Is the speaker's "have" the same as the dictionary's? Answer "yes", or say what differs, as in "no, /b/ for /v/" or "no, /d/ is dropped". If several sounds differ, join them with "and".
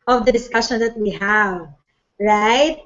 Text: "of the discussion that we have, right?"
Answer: yes